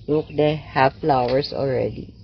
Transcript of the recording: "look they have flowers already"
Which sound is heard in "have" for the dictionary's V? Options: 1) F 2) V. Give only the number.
1